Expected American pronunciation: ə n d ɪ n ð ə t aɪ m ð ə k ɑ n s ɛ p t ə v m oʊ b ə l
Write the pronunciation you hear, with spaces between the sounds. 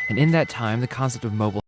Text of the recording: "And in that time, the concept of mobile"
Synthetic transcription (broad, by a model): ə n ɪ n ð ə t aɪ m ð ə k ɑ n s ɛ p t ə v m oʊ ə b